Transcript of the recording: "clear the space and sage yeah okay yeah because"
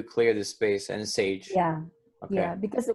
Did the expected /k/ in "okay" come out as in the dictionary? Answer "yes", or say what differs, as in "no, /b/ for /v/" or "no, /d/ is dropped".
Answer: no, /k/ is dropped